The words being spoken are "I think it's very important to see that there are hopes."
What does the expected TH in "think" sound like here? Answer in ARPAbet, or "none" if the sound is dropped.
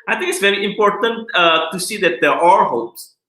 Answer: T